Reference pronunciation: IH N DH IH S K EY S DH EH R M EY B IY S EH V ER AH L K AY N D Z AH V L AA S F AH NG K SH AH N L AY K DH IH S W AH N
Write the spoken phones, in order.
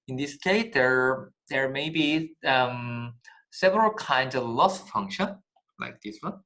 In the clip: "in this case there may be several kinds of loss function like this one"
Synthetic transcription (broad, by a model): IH N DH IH S K EY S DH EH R M EY B IY S EH V ER AH L K AY N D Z AH V L AA S F AH NG K SH AH N L AY K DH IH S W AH N